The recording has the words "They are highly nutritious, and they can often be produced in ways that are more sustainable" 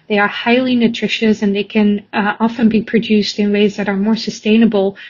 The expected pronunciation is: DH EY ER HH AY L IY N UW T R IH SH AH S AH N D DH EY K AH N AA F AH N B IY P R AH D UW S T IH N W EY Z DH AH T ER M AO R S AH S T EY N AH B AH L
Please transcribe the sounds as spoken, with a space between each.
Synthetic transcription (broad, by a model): DH EY ER HH AY L IY N UW T R IH SH AH S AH N DH EY K AH N AA F AH N B IY P R AH D UW S T IH N W EY Z DH AH T ER M AO R S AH S T EY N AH B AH L